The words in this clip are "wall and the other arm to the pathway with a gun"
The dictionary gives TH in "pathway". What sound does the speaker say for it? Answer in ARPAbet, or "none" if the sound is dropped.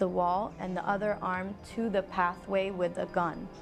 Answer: TH